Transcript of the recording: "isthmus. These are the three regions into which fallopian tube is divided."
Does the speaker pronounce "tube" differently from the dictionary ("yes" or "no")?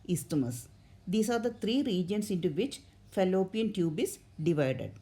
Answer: no